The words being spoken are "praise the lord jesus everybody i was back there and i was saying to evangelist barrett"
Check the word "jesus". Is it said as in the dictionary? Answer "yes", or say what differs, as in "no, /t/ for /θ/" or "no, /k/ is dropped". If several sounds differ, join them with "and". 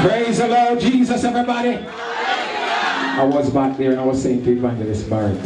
yes